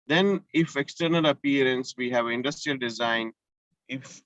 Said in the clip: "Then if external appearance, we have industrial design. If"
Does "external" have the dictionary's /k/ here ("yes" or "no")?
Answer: yes